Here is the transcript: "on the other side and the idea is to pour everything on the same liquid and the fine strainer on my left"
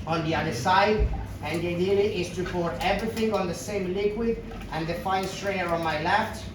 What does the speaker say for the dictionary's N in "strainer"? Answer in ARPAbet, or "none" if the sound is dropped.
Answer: none